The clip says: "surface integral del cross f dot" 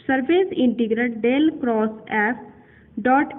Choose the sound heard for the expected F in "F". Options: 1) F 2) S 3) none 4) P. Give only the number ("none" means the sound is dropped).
4